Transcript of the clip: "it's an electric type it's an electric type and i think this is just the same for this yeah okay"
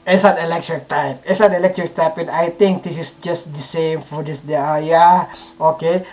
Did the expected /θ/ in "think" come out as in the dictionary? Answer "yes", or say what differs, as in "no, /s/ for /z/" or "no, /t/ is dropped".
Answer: no, /t/ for /θ/